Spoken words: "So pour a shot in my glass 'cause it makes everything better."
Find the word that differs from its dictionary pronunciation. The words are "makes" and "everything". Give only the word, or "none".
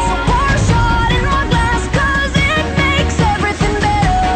none